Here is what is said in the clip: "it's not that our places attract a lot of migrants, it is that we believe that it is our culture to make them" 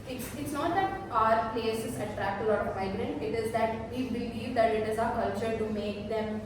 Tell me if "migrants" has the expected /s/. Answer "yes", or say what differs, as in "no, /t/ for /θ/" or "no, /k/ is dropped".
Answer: no, /s/ is dropped